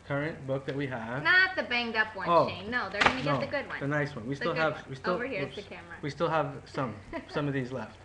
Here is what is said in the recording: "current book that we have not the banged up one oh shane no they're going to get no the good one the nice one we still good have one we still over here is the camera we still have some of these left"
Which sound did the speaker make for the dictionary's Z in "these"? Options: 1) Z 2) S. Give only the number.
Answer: 1